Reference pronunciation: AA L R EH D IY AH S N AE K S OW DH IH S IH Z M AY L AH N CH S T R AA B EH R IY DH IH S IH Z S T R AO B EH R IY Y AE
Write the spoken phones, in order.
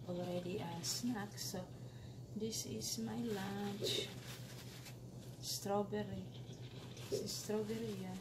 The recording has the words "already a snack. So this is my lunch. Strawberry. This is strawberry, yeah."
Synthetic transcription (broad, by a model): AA L R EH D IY AH S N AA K S OW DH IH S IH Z M AY L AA CH S T R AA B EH R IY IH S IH S T R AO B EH R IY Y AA